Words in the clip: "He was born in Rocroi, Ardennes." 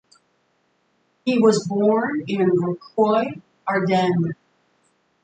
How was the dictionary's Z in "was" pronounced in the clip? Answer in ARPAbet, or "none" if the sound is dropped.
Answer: Z